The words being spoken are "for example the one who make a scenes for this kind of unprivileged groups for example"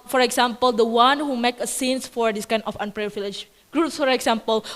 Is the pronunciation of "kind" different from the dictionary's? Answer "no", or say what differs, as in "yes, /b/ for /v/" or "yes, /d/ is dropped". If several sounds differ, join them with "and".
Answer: yes, /d/ is dropped